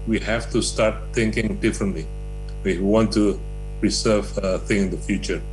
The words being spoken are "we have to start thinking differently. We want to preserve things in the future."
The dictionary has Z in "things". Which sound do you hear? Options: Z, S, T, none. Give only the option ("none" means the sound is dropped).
none